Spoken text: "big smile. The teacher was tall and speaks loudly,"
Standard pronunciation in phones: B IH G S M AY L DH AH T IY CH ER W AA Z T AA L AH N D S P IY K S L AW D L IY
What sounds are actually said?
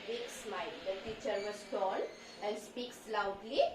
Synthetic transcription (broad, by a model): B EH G S M AY L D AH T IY CH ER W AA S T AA N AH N S P IY K S L AW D L IY